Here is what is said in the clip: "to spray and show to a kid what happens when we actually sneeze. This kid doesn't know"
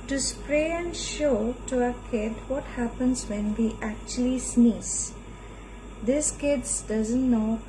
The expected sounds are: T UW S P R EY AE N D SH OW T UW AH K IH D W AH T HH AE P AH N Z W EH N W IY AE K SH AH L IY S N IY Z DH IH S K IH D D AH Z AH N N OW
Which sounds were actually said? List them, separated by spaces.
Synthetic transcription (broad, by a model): T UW S P R EY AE N D SH OW T UW AH K IH D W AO T HH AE P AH N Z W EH N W IY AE K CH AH L IY S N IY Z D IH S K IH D D AH Z AH N N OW